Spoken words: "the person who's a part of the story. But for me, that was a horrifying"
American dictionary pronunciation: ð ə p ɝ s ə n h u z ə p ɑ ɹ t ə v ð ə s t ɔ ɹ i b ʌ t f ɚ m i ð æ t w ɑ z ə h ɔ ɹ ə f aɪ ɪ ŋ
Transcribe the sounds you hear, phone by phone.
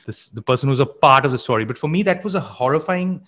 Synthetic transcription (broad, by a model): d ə p ɝ s ə n h u z ə p ɑ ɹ t ə v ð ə s t ɔ ɹ i b ʌ t f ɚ m i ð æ t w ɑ z ə h ɔ ɹ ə f aɪ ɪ ŋ